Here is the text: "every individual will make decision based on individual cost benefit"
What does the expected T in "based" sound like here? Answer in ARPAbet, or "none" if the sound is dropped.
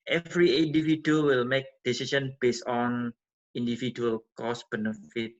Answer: none